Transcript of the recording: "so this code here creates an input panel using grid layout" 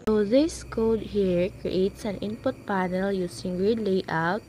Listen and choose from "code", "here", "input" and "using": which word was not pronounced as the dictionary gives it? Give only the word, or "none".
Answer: using